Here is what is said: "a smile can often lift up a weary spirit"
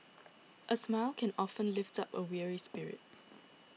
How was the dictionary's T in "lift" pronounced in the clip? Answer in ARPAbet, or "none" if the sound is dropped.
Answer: T